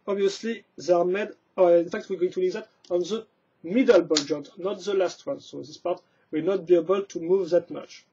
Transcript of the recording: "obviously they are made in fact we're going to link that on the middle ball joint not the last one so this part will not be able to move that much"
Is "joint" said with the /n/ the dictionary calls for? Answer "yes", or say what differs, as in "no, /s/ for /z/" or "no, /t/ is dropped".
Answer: no, /n/ is dropped